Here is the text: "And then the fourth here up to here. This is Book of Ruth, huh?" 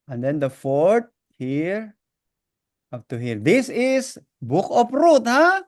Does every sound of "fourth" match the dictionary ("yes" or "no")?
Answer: no